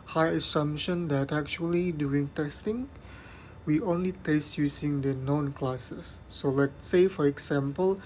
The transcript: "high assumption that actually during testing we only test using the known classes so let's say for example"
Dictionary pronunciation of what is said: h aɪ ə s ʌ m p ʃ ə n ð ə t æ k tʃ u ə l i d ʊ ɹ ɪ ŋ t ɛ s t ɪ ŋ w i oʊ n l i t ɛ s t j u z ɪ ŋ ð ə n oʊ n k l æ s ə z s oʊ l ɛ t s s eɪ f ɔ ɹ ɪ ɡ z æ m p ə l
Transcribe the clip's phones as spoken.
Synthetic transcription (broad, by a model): h aɪ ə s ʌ m ʃ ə n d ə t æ k tʃ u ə l i d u ɪ ŋ t ɛ s t ɪ ŋ w i oʊ n l i t ɛ s t j u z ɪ ŋ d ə n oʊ n k l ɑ s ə s oʊ l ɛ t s s eɪ f ɔ ɹ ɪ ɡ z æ m p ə l